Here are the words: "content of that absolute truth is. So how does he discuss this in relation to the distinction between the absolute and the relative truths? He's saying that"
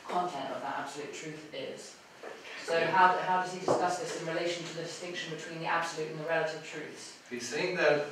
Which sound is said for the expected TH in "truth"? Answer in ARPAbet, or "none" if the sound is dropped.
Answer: TH